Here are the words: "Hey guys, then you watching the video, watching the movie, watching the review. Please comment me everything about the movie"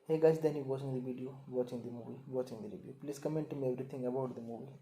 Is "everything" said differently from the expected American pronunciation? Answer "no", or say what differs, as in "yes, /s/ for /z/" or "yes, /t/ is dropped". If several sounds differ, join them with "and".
yes, /t/ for /θ/